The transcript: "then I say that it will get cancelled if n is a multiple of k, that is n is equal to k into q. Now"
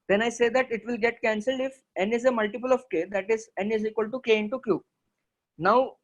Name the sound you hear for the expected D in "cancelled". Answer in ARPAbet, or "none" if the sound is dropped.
D